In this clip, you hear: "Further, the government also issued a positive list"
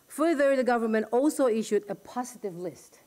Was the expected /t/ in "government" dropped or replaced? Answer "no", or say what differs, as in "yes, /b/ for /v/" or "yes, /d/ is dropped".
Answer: no